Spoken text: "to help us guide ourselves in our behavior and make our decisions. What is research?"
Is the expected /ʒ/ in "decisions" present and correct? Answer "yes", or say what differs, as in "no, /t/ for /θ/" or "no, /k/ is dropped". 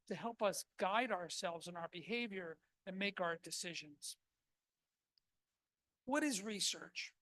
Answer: yes